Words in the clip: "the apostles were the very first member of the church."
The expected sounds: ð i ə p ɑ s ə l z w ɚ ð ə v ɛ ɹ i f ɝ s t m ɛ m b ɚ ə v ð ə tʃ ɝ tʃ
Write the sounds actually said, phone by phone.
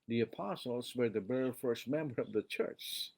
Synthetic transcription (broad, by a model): ð i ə p ɑ s l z w ɚ ð ə b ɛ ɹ f ɝ s t m ɛ m b ɚ ə v ð ə tʃ ɝ tʃ